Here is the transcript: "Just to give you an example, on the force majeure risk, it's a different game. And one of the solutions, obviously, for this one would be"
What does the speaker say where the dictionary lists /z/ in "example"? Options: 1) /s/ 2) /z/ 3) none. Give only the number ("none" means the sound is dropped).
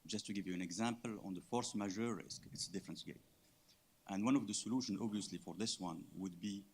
2